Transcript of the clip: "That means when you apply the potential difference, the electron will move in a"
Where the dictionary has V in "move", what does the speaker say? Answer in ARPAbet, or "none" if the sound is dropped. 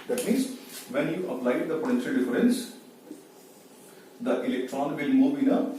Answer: B